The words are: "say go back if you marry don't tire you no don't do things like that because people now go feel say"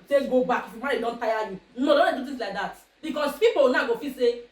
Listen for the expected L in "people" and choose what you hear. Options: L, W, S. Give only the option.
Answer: W